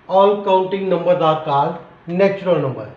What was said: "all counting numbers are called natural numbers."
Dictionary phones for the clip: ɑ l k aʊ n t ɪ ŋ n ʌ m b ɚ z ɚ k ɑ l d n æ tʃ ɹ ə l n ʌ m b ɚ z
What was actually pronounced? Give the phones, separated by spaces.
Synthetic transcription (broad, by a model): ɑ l k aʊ n t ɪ ŋ n ʌ m b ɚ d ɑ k ɑ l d n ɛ s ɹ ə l n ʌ m b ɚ